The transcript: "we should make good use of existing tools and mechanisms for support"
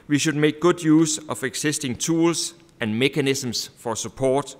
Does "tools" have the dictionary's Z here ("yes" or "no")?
no